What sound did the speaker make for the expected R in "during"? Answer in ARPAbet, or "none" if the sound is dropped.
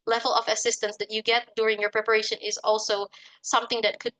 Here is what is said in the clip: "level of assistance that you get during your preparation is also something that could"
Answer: R